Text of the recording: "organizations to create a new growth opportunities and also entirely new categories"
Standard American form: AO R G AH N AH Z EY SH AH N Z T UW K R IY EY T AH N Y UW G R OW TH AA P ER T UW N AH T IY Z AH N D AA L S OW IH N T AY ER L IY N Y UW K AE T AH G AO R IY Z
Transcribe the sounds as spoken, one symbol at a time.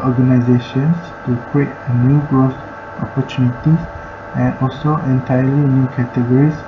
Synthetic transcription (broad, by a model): AO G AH N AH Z EY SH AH N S T UW K R IY EY T AH N Y UW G R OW S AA P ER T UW N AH T IY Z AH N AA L S OW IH N T AY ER L IY N Y UW K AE T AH G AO R IY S